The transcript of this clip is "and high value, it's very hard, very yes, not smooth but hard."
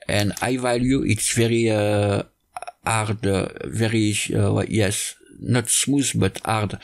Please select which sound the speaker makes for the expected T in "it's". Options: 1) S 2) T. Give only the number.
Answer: 2